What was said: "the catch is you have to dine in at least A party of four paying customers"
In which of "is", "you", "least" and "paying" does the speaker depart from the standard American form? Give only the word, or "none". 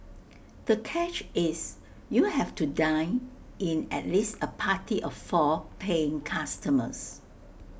is